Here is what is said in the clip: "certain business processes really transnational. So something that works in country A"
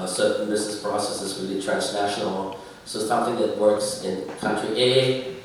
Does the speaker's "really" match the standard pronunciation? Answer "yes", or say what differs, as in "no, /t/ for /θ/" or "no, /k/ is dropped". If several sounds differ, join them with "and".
no, /w/ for /ɹ/